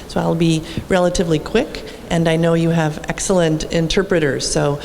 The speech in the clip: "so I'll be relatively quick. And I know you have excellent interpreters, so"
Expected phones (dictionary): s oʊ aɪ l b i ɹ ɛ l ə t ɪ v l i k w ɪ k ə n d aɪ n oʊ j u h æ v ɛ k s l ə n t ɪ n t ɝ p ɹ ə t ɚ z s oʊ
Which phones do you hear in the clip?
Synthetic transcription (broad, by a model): s oʊ aɪ l b i ɹ ɛ l ə t ɪ v l i k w ɪ k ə n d aɪ n oʊ j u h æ v ɛ k s l ə n t ɪ n t ɝ p ɹ ə t ɚ z s oʊ